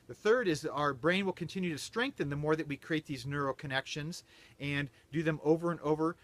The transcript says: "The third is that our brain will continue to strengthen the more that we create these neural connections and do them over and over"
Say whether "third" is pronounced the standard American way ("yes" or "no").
yes